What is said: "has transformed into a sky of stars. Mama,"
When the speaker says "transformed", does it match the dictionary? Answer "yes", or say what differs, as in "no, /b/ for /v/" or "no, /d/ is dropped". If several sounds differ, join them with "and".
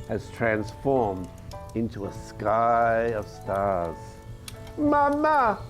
yes